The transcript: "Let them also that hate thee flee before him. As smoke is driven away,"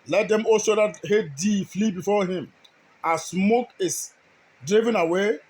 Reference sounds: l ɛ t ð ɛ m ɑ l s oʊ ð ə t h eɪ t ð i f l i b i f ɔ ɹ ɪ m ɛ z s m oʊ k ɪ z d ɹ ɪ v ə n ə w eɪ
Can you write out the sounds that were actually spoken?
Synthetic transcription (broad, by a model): l ɛ t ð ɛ m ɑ s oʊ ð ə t h eɪ t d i f l i b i f ɔ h ɪ m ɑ s m oʊ k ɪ s d ɹ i v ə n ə w eɪ